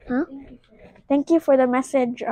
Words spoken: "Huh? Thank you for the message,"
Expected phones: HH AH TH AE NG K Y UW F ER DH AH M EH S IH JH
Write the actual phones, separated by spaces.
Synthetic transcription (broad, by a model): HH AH T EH NG K Y UW F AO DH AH M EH S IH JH